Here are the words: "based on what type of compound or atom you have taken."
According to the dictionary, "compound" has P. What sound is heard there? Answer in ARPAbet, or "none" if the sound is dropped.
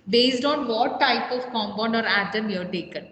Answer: B